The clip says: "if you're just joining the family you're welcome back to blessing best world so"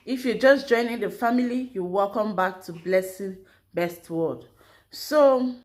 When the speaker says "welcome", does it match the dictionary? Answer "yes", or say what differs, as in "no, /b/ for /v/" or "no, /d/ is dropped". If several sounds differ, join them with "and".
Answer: yes